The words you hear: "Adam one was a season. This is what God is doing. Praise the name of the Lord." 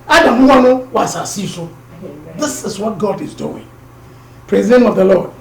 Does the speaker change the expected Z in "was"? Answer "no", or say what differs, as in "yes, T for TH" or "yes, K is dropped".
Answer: yes, S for Z